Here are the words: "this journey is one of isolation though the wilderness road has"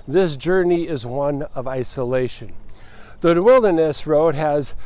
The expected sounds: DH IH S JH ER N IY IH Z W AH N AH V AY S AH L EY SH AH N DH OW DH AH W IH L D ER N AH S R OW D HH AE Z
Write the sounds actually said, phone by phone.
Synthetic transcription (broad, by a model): DH IH S JH ER N IY IH Z W AH N AH V AY S AH L EY SH AH N DH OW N W IH L D ER N AH S R OW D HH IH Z